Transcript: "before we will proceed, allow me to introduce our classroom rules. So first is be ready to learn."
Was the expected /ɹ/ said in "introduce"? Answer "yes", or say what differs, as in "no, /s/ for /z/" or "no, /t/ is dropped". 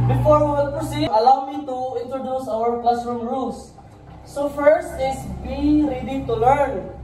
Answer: yes